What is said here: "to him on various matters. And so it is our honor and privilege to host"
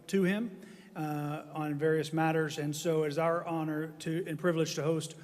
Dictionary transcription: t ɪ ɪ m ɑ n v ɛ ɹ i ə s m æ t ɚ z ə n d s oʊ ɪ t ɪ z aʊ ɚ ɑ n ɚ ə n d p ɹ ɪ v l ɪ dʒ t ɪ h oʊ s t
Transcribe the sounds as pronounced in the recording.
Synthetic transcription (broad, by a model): t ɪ ɪ m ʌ n v ɛ ɹ i ə s m æ t ɚ z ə n s oʊ ɪ t ɪ z aʊ ɚ ɑ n ɚ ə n p ɹ ɪ v l ɪ dʒ t ɪ h oʊ s t